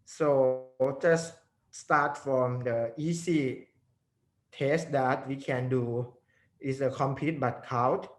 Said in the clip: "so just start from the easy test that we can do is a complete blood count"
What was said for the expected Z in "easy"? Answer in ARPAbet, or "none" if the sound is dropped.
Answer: S